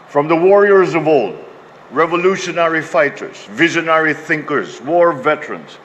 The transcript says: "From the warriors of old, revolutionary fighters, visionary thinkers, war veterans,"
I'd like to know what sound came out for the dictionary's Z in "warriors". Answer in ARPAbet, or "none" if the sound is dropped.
Z